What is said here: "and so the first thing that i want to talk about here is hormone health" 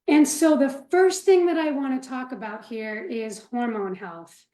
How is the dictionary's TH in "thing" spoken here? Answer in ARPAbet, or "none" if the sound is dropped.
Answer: TH